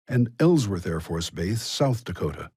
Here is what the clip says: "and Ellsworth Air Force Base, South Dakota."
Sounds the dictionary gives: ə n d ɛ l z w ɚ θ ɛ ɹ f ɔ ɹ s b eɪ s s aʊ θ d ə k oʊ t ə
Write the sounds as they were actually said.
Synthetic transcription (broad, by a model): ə n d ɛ l z w ɚ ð ɛ ɹ f ɔ ɹ s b eɪ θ s aʊ θ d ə k oʊ t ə